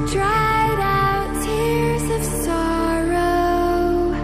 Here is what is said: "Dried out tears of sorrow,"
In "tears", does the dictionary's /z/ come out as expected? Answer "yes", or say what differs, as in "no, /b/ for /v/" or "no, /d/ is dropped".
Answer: yes